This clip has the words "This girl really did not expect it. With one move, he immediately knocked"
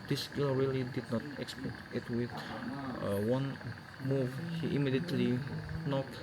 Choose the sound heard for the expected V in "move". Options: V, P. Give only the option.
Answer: V